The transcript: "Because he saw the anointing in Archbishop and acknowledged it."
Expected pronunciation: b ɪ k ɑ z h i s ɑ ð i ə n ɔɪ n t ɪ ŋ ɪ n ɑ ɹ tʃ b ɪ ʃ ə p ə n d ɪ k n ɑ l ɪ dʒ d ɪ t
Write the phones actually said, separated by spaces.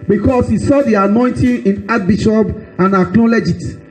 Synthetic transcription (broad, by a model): b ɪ k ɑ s h i s ɑ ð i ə n ɔɪ n t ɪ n ɪ n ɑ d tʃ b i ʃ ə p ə n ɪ k l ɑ l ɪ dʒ ɪ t